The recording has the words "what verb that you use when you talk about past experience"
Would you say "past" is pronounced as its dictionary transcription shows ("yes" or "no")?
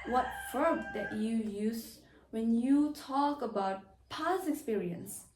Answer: no